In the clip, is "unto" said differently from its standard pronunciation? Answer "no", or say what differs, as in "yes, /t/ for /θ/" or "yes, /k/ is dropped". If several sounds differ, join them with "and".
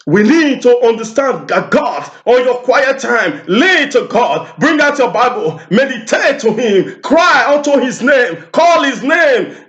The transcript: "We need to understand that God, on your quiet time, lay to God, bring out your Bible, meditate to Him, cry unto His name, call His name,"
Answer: no